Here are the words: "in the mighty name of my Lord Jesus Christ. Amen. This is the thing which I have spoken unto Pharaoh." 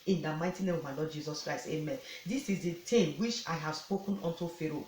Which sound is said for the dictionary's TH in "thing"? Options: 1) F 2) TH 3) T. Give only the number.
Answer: 3